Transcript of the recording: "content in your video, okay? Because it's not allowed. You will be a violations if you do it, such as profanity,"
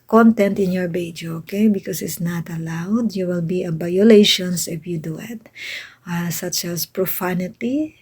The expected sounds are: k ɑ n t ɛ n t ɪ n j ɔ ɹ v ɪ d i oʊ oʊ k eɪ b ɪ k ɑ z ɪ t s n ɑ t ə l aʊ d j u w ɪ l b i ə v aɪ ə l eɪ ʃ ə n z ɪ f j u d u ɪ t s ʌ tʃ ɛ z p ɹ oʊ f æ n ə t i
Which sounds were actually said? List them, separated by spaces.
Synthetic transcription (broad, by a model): k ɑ n t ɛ n t ɪ n j ɔ ɹ b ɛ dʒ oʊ oʊ k eɪ b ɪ k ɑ s ɪ t s n ɑ t ə l aʊ d j u w ɪ l b i ə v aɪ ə l eɪ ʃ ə n s ɪ f j u d u ɪ t s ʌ tʃ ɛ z p ɹ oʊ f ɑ n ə t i